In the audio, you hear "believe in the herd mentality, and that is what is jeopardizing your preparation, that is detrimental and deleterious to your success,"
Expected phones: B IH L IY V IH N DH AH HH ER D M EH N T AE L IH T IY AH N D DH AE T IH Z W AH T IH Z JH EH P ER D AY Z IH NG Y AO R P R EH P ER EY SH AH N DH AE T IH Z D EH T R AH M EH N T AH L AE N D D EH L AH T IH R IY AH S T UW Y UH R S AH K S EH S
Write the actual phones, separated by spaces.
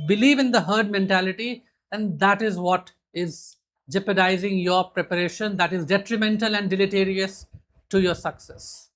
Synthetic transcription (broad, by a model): B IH L IY V IH N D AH HH ER D M EH N T AE L IH T IY AH N D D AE T IH Z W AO T IH Z JH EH P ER D AY Z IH NG Y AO R P R EH P ER EY SH AH N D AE T IH Z D EH T R AH M EH N T AH L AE N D D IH L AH T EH R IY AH S T UW Y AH R S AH K S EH S